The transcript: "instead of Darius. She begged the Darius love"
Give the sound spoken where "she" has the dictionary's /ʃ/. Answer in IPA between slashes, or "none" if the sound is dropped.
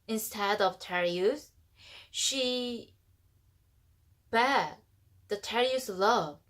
/ʃ/